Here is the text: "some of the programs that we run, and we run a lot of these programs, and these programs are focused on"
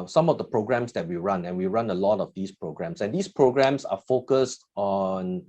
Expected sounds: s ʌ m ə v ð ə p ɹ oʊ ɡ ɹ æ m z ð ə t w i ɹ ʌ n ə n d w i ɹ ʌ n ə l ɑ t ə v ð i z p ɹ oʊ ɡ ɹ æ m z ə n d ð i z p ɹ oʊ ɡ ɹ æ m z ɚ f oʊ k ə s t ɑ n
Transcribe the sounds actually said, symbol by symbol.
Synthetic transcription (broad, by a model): s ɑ m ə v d ə p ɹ oʊ ɡ ɹ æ m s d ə t w i ɹ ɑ n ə n w i ɹ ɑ n ə l ɑ t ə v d i s p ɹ oʊ ɡ ɹ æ m s ə n d i s p ɹ oʊ ɡ ɹ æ m s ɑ f oʊ k ə s t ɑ n